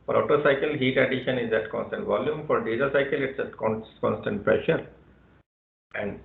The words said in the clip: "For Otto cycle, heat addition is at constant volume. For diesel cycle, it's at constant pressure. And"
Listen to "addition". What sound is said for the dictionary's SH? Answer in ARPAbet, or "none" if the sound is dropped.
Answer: SH